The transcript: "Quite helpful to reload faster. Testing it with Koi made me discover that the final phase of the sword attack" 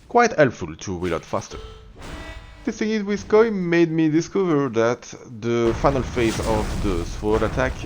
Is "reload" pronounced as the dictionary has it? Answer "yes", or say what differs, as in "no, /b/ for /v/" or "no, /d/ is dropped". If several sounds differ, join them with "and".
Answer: no, /w/ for /ɹ/